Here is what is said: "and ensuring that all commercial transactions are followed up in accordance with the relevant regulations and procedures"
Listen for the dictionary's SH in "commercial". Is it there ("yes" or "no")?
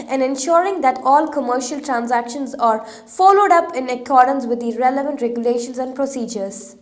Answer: yes